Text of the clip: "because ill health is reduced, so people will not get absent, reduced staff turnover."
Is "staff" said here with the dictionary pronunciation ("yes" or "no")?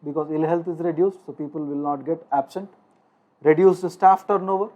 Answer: yes